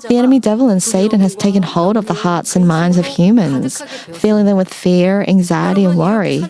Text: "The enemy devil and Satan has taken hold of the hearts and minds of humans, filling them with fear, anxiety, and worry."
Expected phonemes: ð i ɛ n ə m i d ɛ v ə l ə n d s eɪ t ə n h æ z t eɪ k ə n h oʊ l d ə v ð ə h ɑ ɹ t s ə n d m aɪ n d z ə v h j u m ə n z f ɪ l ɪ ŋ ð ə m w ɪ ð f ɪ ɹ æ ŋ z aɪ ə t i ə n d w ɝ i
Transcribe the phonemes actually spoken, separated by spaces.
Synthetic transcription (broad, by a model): ð i ɛ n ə m i d ɛ v l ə n s eɪ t n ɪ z t eɪ k ə n h oʊ l d ə v ð ə h ɑ ɹ t s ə n m aɪ n d z ə v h j u m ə n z f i l ɪ ŋ ð ə m w ɪ ð f ɪ ɹ æ ŋ z aɪ ə t i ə n w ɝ i